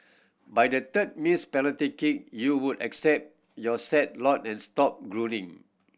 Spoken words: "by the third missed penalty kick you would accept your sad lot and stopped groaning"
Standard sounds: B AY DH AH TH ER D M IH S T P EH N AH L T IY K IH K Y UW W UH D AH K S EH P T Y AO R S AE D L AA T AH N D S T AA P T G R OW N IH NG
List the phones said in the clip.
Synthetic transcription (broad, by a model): B AY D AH T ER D M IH S P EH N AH T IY K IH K Y UW W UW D AH K S EH P T Y AO S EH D L AA T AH N S T AA P G R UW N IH NG